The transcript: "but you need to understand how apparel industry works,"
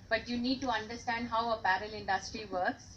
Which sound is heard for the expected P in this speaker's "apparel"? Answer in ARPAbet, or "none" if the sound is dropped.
B